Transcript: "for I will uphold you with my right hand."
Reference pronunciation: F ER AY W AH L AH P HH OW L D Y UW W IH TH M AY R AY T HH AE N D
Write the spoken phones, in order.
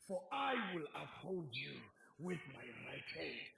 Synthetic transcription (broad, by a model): F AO AY W AH L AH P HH OW L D Y UW W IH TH M AY R AY T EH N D